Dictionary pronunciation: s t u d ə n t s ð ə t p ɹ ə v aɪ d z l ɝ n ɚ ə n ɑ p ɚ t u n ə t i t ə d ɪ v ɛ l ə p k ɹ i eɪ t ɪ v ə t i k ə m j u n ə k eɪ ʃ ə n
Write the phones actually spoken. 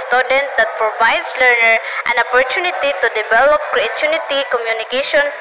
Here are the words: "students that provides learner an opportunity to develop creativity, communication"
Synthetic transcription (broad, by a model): s t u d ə n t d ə t p ɹ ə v aɪ d s l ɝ n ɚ ə n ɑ p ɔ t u n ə t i t ə d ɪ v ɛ l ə p k ɹ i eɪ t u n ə t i k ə m j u n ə k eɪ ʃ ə n